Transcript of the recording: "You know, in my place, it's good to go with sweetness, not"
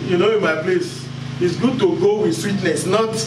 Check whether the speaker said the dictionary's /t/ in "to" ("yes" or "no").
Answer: yes